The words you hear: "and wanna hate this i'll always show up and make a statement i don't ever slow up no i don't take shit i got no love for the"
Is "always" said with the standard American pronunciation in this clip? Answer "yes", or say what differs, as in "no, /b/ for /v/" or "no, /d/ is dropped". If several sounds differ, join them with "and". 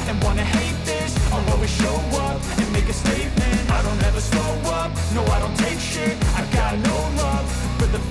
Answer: no, /l/ is dropped